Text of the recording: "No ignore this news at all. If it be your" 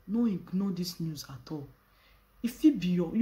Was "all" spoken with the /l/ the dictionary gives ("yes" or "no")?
yes